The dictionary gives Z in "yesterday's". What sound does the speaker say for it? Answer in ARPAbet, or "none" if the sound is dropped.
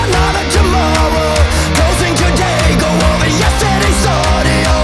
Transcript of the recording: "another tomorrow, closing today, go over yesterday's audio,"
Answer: S